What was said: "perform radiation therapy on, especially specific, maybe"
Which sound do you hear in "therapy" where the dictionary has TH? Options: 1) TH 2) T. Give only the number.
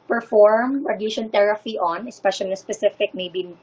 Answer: 2